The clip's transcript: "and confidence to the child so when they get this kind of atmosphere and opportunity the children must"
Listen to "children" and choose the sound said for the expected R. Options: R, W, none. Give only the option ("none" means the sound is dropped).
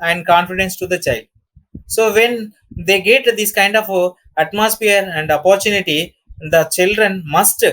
R